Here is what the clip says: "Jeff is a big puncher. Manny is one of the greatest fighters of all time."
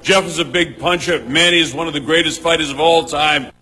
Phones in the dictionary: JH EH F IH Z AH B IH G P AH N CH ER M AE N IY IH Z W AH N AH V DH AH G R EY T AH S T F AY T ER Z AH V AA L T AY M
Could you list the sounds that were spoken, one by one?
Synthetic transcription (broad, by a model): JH EH F IH Z AH B IH G P AH N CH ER M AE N IY IH Z W AH N AH V DH AH G R EY T AH S T F AY T ER Z AH V AA L T AY M